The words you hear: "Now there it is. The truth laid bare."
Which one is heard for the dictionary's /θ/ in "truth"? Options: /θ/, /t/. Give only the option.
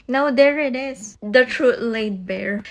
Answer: /t/